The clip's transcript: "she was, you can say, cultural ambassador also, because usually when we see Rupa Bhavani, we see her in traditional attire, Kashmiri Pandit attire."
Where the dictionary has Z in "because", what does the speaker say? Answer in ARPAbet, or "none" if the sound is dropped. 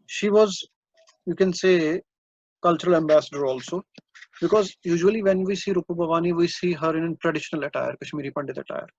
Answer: Z